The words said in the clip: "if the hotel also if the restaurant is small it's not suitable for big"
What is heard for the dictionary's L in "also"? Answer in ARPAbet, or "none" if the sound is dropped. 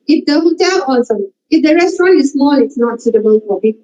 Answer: none